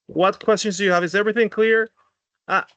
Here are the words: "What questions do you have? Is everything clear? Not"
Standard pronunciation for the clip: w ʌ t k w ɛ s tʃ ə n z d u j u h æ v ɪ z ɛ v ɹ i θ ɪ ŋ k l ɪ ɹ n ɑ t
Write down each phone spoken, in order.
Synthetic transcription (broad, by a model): w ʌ t k w ɛ s tʃ ə n z d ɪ j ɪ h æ v ɪ z ɛ v ɹ i θ ɪ ŋ k l ɪ ɹ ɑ